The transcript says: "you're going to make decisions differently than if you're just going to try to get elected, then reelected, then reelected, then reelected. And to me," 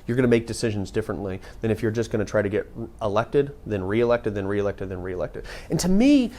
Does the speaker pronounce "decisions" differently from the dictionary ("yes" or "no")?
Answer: no